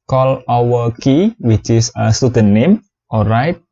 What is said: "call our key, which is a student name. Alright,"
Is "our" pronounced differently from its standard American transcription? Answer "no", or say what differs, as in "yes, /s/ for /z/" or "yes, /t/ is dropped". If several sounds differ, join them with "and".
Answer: yes, /w/ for /ɹ/